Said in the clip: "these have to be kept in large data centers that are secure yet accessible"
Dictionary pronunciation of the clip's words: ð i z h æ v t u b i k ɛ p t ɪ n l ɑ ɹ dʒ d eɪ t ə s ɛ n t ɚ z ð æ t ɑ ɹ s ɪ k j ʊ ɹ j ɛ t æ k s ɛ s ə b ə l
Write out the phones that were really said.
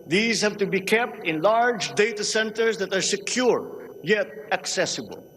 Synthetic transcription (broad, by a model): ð i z h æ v t u b i k ɛ p t ɪ n l ɑ ɹ dʒ d eɪ t ə s ɛ n t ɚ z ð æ t ɑ ɹ s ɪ k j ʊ ɹ j ɛ t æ k s ɛ s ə b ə l